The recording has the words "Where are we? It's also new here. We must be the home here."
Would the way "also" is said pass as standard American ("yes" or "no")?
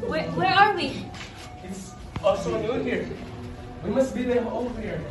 no